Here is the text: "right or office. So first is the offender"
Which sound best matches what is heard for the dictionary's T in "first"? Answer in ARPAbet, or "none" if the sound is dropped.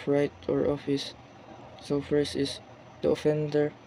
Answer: none